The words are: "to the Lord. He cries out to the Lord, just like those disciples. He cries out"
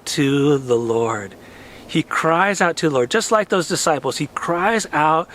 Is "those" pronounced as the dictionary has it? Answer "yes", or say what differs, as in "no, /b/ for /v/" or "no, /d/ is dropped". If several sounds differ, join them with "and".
yes